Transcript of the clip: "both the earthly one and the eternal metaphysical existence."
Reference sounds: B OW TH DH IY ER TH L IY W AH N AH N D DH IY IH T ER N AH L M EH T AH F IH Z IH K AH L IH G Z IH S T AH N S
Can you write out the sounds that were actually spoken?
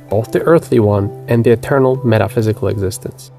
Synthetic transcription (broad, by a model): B OW TH DH IY ER TH L IY W AH N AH N DH IY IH T ER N L M EH T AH F IH Z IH K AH L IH G Z IH S T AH N S